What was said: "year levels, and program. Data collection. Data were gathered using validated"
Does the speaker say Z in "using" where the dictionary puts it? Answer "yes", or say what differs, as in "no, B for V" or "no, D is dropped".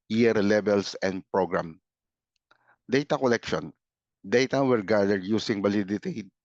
no, S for Z